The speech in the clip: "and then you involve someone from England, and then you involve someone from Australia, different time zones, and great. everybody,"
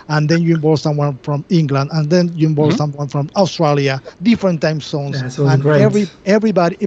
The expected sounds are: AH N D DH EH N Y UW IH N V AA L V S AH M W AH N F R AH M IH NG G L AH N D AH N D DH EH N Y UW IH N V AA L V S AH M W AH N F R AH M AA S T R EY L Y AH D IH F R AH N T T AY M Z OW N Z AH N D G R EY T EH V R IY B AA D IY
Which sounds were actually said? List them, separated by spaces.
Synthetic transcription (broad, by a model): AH N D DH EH N Y UW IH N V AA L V S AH M W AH N F R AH M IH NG G L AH N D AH N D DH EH N Y UW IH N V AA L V S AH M W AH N F R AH M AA S T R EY L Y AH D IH F R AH N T T AY M S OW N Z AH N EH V R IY EH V R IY B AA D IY